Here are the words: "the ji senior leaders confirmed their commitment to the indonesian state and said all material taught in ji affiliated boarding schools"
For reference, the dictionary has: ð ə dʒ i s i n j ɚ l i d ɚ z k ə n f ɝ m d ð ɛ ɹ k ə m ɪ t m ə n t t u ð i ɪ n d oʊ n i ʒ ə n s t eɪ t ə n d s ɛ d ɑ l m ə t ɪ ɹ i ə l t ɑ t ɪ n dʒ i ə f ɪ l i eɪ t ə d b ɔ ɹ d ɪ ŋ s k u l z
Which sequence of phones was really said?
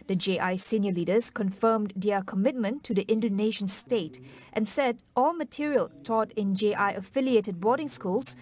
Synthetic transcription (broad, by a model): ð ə dʒ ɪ s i n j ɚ l i d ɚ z k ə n f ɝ m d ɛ k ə m ɪ t m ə n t t u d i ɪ n d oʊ n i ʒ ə n s t eɪ t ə n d s ɛ d ɑ l m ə t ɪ ɹ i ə l t ɑ t ɪ n dʒ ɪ ə f ɪ l i eɪ t ə d b ɔ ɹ d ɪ ŋ s k u l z